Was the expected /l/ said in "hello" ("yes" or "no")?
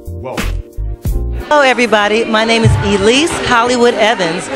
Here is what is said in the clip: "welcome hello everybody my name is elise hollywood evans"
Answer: no